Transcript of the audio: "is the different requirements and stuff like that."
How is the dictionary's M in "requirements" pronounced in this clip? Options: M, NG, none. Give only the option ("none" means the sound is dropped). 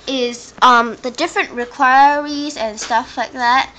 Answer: none